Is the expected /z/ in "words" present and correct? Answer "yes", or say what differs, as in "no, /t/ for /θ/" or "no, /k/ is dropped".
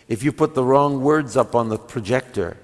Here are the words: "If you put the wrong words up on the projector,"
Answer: yes